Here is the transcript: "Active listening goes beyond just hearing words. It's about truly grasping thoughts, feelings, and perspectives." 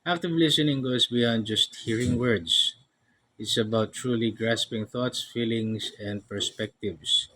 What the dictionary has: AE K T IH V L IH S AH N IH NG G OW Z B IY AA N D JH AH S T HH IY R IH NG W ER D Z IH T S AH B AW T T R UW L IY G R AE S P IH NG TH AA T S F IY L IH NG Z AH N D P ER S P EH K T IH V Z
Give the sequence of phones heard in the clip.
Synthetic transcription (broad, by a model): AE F T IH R L IH S AH N IH NG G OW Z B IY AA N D JH AH S T HH IY R IH NG W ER D S IH T S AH B AW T T R UW L IY G R AE S P IH NG TH AA T S F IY L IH NG S AH N D P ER S P EH K T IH V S